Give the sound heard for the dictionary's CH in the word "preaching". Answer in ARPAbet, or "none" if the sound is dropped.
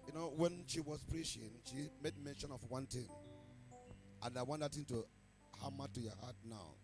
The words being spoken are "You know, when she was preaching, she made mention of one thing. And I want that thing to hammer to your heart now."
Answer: SH